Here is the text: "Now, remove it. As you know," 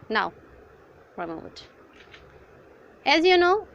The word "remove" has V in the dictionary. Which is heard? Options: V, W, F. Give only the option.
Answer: W